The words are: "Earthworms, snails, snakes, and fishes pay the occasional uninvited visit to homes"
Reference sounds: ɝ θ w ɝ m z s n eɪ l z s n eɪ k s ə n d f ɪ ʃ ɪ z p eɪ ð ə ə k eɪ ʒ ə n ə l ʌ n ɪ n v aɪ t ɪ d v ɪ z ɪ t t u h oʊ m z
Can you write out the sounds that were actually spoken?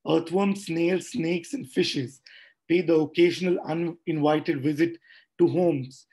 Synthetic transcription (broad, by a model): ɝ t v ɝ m s n eɪ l s n eɪ k s ə n d f ɪ ʃ ɪ z p eɪ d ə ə k eɪ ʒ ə n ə l ʌ n ɪ n v aɪ t ɪ d v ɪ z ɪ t t u h oʊ m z